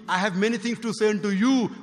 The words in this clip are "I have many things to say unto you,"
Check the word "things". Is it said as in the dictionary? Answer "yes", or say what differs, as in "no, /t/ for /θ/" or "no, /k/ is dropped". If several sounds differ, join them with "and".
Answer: no, /t/ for /θ/